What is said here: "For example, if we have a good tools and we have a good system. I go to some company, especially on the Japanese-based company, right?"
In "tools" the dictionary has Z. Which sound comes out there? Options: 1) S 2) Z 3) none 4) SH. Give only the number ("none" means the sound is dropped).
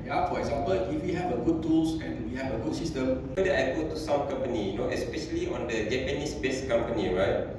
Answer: 1